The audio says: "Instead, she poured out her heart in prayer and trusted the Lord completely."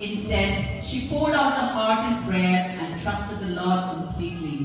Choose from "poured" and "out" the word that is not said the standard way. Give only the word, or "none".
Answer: poured